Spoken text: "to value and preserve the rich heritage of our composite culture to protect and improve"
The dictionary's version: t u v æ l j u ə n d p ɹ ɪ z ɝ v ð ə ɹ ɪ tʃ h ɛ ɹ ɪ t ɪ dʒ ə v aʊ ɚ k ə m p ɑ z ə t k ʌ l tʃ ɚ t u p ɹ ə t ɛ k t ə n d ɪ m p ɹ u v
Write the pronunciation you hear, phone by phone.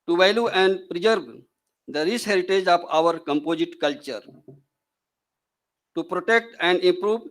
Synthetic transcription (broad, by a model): t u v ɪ l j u ə n d p ɹ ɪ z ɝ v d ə ɹ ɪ s h ɛ ɹ ɪ t ɪ dʒ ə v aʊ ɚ k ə m p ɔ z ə t k ʌ l tʃ ɚ t u p ɹ ə t ɛ k t ə n d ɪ m p ɹ u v